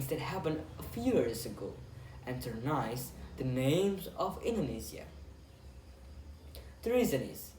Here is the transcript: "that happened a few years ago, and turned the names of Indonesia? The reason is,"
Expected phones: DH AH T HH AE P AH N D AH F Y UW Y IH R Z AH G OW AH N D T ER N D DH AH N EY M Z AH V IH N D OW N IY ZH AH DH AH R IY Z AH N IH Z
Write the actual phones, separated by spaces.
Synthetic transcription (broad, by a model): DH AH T HH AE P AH N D AH F Y UW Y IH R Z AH G OW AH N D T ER N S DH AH N EY M Z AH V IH N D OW N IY Z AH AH R IY Z AH N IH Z